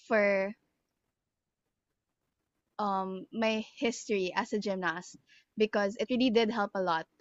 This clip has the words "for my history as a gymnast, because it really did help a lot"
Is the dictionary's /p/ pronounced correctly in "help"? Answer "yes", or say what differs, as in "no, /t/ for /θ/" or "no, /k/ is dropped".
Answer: yes